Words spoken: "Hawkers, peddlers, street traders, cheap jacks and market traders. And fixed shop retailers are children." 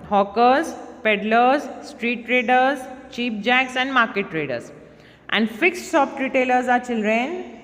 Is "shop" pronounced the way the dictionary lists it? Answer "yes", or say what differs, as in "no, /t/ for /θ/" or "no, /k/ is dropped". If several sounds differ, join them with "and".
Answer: no, /s/ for /ʃ/